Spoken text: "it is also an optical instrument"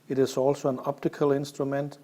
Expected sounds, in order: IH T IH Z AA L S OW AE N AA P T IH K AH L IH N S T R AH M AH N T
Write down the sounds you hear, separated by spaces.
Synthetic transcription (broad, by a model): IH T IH S AA L S OW AE N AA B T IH K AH L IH N S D R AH M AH N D